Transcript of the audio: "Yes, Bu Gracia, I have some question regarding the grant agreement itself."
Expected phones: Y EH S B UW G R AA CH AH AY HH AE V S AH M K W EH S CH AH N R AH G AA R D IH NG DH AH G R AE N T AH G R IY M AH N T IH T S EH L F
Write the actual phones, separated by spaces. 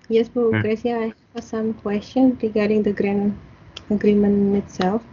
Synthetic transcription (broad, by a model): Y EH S B UW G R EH S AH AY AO S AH M K W EH S CH AH N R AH G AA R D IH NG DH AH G R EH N AH G R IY M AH N IH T S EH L F